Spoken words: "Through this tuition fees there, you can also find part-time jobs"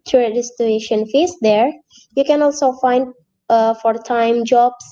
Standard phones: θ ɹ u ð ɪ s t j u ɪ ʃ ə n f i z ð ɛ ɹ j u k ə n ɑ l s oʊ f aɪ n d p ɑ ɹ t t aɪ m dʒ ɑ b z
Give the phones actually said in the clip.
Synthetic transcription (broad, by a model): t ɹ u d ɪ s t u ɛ ʃ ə n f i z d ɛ ɹ j u k ə n ɑ l s oʊ f aɪ n d f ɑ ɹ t t aɪ m dʒ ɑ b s